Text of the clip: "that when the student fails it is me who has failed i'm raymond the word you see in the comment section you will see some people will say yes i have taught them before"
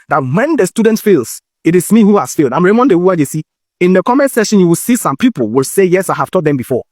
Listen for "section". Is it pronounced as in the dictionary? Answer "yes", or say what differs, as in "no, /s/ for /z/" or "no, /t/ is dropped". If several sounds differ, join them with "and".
no, /k/ is dropped